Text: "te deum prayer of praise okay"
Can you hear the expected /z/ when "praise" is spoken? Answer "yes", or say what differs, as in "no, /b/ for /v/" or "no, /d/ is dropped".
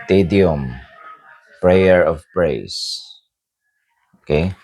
no, /s/ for /z/